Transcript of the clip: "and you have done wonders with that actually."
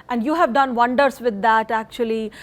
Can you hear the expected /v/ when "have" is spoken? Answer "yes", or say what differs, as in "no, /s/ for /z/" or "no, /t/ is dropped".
yes